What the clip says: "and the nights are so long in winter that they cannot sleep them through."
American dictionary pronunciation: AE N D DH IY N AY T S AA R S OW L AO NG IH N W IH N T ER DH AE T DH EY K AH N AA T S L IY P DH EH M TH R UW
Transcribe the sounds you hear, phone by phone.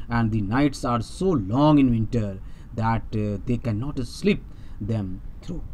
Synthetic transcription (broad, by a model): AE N D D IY N AY T S AA R S OW L AO NG IH N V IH N T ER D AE T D EY K AH N AA T S L IY P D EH M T R UW